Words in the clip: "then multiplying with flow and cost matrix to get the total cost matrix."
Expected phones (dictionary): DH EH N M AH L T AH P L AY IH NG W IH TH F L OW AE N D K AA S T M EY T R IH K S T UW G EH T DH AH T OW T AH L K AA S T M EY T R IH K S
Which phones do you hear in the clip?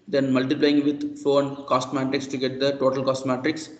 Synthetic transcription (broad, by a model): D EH N M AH L T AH P L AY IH NG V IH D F OW N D K AA S T M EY T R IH K S T UW G EH T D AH T OW T AH L K AA S T M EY T R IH K S